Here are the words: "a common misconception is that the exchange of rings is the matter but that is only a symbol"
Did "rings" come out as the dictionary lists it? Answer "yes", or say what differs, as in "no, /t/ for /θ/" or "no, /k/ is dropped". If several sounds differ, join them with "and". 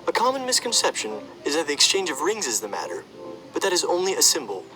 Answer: yes